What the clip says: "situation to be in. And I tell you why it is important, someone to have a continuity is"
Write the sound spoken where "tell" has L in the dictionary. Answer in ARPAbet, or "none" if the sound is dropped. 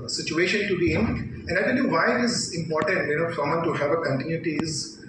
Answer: N